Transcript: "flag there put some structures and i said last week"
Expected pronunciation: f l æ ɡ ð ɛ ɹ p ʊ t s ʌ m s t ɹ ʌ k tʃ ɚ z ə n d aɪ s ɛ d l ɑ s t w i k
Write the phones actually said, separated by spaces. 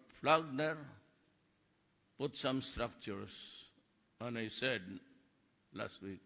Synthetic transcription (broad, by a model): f l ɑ ɡ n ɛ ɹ p ʊ t s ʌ m s t ɹ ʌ k tʃ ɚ s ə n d aɪ s ɛ d l ɑ s t w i k